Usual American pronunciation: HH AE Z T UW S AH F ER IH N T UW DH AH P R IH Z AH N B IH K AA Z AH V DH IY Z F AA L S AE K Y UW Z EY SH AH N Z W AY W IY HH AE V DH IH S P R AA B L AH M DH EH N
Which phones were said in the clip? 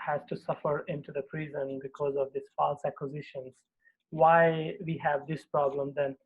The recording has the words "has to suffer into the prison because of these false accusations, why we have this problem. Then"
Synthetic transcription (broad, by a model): HH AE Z T UW S AH F ER IH N T UW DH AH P R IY Z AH N B IH K AA Z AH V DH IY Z F AA L S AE K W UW Z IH SH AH N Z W AY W IY HH AE V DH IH S P R AA B L AH M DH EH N